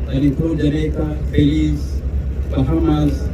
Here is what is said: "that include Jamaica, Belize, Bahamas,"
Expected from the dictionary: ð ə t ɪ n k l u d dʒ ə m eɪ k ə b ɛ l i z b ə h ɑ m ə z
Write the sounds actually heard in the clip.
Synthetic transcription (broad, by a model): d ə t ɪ k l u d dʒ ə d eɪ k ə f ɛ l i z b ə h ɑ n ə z